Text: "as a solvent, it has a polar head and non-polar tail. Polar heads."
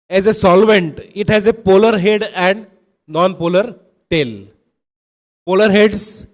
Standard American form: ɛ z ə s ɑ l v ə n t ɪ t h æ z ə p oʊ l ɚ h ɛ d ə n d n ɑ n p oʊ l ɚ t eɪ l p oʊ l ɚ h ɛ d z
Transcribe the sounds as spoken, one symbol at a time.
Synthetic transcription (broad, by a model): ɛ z ə s ɑ l v ə n t ɪ t h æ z ə p oʊ l ɚ h ɛ d ə n d n ɑ n p oʊ l ɚ t eɪ l p oʊ l ɚ h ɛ d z